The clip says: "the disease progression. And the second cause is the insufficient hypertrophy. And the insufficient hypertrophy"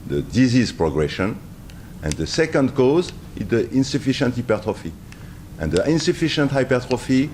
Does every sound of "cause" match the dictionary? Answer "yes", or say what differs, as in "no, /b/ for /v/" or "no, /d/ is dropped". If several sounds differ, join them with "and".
yes